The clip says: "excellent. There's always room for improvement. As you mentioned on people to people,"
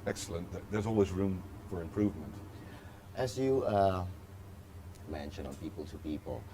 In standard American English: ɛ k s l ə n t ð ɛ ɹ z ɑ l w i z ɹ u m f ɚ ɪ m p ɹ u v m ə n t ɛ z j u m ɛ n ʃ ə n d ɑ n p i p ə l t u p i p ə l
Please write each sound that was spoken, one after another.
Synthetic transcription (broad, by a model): ɛ k s l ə n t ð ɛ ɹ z ɑ l w i z ɹ u m f ɚ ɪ m p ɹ u v m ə n t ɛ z j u m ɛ n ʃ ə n ɑ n p i p ə l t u p i p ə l